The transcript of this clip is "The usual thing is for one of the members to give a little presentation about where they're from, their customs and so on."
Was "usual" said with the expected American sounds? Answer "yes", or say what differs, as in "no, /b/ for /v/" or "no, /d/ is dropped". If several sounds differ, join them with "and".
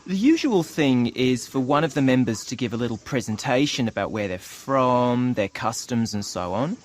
yes